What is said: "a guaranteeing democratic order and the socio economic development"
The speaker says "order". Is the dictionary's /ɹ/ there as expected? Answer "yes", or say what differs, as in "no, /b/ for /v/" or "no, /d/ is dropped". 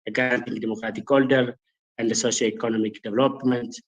no, /l/ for /ɹ/